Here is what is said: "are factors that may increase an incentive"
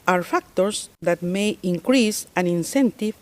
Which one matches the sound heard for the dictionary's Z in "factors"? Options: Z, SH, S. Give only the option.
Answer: S